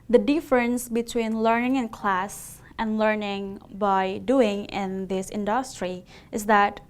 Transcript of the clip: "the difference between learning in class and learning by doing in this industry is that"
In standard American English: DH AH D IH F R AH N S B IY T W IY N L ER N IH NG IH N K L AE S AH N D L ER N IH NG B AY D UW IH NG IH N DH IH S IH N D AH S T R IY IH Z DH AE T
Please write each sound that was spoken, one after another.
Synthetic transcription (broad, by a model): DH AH D IH F R AH N S B IY T W IY N L ER N IH NG IH N K L AE S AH N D L ER N IH NG B AY D UW IH NG IH N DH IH S IH N D AH S T R IY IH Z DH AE T